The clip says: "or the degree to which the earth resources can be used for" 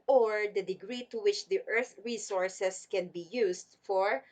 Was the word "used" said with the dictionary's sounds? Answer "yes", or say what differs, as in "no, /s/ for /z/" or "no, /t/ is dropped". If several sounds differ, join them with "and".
no, /s/ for /z/